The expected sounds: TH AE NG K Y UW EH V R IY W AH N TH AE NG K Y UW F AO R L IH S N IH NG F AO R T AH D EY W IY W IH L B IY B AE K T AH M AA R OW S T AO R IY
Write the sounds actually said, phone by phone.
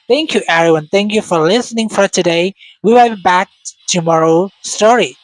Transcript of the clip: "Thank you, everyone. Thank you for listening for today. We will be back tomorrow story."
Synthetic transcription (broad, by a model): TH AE NG K Y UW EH R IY W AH N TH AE NG K Y UW F AO R L IH S N IH NG F AO R T AH D EY W IY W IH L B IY B AE K T AH M AA R OW S T AO R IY